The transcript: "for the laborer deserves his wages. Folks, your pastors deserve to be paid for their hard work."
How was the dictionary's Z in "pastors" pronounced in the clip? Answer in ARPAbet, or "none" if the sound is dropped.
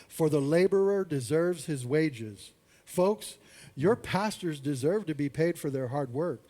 Z